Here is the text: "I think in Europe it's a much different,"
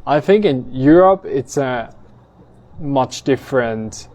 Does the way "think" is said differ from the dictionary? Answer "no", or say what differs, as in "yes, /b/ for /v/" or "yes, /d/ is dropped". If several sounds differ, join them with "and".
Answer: no